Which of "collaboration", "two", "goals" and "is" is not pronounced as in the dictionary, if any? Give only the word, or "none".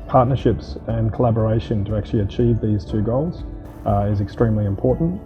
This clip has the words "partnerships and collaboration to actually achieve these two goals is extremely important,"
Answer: none